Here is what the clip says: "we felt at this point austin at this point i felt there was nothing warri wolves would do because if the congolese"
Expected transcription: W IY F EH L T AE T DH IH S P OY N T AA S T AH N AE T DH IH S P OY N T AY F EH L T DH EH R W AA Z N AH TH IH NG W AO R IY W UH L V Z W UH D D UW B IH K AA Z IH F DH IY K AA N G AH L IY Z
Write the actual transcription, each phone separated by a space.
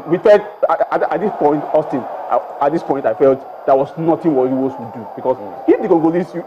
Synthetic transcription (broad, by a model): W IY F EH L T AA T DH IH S P OY N T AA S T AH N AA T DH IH S P OY N T AY F EH L T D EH W AA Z N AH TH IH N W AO IY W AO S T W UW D D UW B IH K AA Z IH F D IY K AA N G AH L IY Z